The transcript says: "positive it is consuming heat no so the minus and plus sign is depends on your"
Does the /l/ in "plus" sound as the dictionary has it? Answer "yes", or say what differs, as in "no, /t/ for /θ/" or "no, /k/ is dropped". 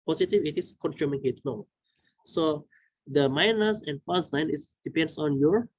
no, /l/ is dropped